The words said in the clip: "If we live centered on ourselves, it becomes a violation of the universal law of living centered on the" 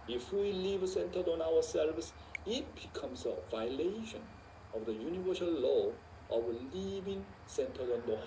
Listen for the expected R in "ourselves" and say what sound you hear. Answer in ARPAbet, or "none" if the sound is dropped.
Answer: W